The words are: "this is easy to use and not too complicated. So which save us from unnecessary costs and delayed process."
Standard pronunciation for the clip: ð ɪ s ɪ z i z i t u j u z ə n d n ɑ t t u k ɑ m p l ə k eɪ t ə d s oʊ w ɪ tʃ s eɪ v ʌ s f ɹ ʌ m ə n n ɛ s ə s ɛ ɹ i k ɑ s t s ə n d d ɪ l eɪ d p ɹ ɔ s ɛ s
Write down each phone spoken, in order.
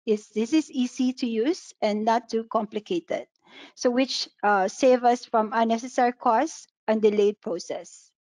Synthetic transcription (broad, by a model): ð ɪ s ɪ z i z i t u j u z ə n n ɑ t t u k ɑ m p l ə k eɪ t ə d s oʊ w ɪ tʃ s eɪ v ʌ s f ɹ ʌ m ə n n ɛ s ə s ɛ ɹ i k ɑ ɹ s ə n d d ɪ l eɪ d p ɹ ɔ s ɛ s